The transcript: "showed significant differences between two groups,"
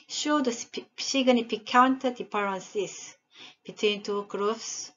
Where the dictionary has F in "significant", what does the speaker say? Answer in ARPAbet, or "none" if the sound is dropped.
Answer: P